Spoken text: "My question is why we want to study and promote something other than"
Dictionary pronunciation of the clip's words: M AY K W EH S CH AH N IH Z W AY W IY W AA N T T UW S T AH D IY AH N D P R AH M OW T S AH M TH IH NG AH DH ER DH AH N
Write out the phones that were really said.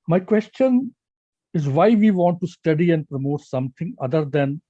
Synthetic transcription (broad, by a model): M AY K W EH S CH AH N IH Z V AY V IY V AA N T T UW S T AH D IY AH N D P R AH M OW T S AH M T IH NG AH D ER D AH N